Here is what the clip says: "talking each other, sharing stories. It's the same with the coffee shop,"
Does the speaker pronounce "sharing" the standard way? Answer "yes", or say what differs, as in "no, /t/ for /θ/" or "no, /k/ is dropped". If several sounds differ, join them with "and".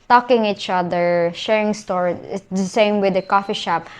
yes